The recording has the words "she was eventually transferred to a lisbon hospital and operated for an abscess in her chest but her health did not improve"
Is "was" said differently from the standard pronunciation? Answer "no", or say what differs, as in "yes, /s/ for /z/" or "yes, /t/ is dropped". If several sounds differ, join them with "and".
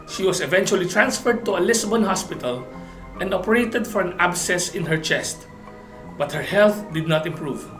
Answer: yes, /s/ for /z/